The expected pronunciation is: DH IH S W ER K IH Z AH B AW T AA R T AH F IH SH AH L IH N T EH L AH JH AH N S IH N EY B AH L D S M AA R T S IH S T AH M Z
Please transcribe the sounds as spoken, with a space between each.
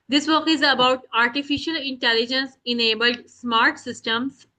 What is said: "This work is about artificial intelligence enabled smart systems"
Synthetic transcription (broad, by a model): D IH S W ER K IH Z AH B AW T AA R T AH F IH SH AH L IH N T EH L AH JH AH N S IH N EY B AH L D S M AA R T S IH S T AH M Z